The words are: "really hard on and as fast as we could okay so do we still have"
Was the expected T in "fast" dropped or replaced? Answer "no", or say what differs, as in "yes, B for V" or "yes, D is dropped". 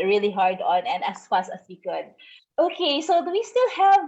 yes, T is dropped